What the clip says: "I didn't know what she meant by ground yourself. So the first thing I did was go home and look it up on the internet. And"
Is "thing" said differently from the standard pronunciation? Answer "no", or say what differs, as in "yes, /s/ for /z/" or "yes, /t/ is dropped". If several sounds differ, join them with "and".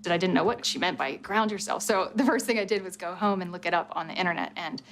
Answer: no